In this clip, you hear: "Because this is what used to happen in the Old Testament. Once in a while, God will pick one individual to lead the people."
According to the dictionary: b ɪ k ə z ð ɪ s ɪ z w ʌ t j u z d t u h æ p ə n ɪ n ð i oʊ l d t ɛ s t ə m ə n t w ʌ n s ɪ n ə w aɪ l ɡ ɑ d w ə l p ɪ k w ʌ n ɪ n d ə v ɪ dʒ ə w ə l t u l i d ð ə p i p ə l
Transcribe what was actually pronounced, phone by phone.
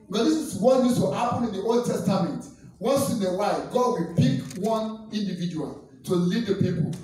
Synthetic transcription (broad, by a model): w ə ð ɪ s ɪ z w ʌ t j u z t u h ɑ p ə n ɪ n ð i oʊ l d t ɛ s t ə m ə n t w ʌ s ɪ n ə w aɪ ɡ ɑ d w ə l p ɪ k w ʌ n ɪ n d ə v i dʒ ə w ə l t u l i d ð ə p i p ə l